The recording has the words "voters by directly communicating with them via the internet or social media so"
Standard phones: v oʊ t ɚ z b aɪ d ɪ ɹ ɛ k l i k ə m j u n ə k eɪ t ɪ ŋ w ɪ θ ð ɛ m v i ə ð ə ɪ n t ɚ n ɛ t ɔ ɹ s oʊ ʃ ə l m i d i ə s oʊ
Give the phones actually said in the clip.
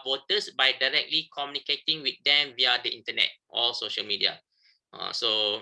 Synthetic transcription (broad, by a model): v oʊ t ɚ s b aɪ d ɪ ɹ ɛ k l i k ə m j u n ə k eɪ t ɪ ŋ w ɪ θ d ɛ m v i ə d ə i n t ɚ n ɛ t ɔ l s oʊ ʃ ə l m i d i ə s oʊ